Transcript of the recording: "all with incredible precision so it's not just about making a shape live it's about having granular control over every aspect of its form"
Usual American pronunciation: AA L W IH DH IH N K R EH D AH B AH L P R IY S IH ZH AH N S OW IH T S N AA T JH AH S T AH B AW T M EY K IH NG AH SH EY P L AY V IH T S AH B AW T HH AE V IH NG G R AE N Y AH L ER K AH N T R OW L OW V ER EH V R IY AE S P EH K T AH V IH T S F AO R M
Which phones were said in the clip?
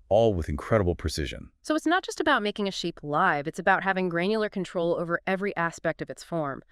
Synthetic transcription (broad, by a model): AA L W IH DH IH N K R EH D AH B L P R IY S IH ZH AH N S OW IH T S N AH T JH AH S T AH B AW T M EY K IH NG AH SH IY P L AY V IH T S AH B AW T HH AE V IH NG G R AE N Y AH L ER K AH N T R OW L OW V ER EH V R IY AE S P EH K T AH V IH T S F AO R M